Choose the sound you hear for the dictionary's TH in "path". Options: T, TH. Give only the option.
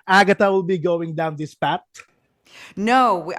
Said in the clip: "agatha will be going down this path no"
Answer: T